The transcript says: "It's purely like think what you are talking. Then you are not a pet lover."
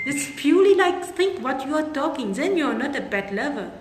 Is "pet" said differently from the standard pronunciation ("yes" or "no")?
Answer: yes